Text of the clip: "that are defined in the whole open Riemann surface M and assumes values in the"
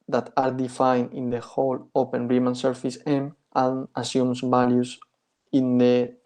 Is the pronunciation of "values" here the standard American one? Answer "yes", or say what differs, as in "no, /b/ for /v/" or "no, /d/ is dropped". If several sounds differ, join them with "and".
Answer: no, /s/ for /z/